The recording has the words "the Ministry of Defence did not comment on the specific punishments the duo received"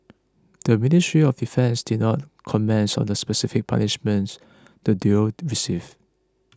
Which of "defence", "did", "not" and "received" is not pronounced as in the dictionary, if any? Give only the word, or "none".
received